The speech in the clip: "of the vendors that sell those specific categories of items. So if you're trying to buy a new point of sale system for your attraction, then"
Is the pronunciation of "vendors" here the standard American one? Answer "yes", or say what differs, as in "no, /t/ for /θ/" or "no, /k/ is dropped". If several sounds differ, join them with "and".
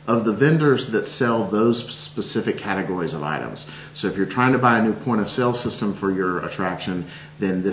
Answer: yes